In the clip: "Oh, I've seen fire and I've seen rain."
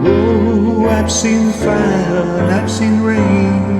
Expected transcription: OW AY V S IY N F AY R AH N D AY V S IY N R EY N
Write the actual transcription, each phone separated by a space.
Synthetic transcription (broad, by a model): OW AY V S IY N F AY L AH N AY V S IY N R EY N